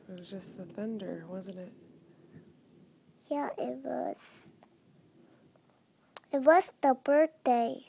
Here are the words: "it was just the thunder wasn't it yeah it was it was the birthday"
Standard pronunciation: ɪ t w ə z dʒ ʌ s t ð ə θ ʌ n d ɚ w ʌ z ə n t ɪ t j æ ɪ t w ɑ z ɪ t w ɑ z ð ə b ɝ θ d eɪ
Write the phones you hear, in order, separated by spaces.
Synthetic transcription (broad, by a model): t w ə z dʒ ʌ s t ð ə θ ʌ n d ɚ w ʌ z ə n t ɪ t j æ ɪ t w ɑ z ɪ t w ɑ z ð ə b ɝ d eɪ